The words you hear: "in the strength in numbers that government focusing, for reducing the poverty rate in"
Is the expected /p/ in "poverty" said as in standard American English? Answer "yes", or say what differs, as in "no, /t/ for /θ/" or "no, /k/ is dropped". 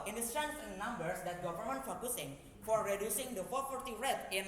no, /f/ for /p/